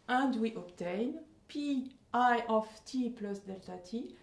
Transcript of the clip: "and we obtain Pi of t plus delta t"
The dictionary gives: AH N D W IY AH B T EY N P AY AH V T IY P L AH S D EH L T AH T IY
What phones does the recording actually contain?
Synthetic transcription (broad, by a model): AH N D W IY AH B T EY N P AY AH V T IY P L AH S D EH L T AH T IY